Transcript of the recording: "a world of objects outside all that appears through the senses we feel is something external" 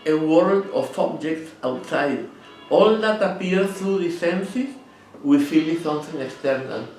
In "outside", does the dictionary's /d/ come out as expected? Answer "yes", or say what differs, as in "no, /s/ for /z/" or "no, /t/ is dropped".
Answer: yes